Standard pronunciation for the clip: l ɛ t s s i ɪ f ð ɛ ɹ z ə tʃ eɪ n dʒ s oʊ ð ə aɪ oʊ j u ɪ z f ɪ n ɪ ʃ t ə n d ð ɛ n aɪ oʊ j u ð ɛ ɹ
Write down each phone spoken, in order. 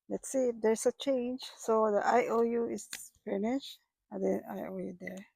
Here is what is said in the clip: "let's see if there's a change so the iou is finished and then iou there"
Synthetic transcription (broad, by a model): l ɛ t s s i ɪ f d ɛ ɹ s ə tʃ eɪ n dʒ s oʊ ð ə aɪ oʊ j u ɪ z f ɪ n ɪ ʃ ə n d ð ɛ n aɪ oʊ j u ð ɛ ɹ